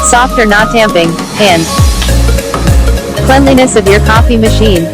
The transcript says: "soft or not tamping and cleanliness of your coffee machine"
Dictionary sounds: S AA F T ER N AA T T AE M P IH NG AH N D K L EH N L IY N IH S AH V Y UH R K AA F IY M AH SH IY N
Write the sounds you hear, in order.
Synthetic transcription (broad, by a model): S AA F T ER N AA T T AE M P IH NG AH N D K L EH N L IY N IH S AH V Y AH R K AA F IY M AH SH IY N